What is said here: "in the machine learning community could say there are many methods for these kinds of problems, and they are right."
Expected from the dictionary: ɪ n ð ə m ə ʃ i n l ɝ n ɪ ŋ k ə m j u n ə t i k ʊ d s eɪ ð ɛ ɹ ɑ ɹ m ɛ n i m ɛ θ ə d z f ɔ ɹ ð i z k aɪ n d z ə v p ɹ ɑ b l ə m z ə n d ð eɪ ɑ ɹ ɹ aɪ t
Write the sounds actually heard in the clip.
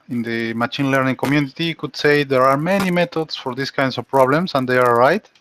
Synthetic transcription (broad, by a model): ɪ n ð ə m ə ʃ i n l ɝ n ɪ ŋ k ə m j u n ə t i k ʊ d s eɪ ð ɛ ɹ ɑ ɹ m ɛ n i m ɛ t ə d s f ɔ ɹ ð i s k aɪ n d s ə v p ɹ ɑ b l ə m s ə n d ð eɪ ɑ ɹ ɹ aɪ t